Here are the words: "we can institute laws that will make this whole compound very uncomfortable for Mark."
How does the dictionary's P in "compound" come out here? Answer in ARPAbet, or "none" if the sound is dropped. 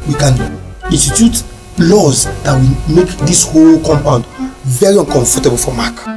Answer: P